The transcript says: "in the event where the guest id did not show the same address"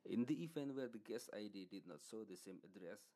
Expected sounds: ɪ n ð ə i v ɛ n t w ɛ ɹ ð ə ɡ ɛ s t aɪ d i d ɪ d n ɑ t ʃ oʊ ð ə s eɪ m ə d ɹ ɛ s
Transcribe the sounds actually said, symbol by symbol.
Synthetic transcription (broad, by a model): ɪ n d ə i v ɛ n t w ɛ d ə ɡ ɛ s aɪ d i d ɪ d n ɑ t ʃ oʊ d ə s eɪ m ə d ɹ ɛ s